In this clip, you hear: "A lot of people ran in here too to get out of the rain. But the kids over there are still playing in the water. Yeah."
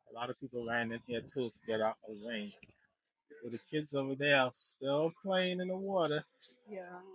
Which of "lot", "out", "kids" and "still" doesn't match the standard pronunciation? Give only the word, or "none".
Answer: none